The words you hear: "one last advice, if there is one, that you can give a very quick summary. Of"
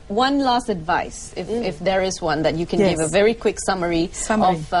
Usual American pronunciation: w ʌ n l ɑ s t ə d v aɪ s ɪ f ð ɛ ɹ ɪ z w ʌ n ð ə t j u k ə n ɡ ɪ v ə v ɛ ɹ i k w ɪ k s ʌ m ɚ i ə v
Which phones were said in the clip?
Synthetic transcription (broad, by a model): w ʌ n l ɑ s t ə d v aɪ s ɪ f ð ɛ ɹ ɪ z w ʌ n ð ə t j u k ə n ɡ ɪ v ə v ɛ ɹ i k w ɪ k s ʌ m ɚ i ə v